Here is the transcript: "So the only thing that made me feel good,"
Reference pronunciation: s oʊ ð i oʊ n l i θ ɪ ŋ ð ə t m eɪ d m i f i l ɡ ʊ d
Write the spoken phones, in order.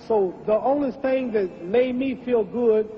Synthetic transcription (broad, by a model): s oʊ ð i oʊ n i θ ɪ ŋ ð ə t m eɪ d m i f i l ɡ ʊ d